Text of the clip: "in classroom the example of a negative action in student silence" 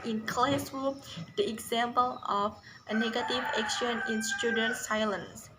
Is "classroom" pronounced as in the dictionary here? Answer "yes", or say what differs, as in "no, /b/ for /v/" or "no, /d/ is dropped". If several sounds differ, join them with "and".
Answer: no, /ɹ/ is dropped